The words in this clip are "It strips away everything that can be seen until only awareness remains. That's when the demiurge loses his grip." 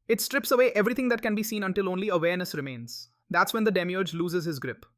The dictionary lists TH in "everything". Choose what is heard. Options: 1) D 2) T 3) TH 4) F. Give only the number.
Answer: 2